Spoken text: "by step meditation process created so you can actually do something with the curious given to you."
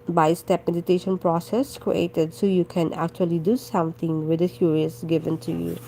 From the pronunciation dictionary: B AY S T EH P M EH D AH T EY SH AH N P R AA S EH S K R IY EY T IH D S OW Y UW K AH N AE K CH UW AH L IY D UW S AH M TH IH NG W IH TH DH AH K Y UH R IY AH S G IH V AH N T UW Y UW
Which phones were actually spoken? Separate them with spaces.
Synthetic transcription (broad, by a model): B AY S T EH P M EH D AH T EY SH AH N P R AA S EH S K R IY EY T IH D S OW Y UW K AH N AE K CH UW AH L IY D UW S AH M T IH NG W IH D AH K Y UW R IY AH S G IH V AH N T UW Y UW